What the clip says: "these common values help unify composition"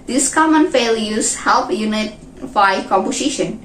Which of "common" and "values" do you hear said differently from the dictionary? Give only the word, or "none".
values